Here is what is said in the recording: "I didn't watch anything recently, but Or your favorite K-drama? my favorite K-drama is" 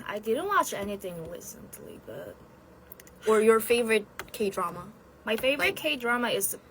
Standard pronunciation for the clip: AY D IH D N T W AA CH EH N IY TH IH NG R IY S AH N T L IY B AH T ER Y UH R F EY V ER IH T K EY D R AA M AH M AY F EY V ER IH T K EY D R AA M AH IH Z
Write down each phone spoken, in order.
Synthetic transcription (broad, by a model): AY D IH D N T W AA CH EH N IY TH IH NG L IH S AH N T L IY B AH T ER Y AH R F EY V ER IH T K EY D R AA M AH M AY F EY V ER IH T K EY D R AA M AH IH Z